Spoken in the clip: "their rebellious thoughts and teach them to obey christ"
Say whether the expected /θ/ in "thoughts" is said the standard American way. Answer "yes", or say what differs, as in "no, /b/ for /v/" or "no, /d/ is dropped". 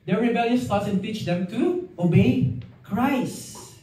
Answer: no, /t/ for /θ/